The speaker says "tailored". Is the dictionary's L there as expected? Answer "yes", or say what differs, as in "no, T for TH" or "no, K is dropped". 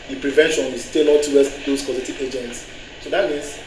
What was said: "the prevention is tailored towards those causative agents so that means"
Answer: no, N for L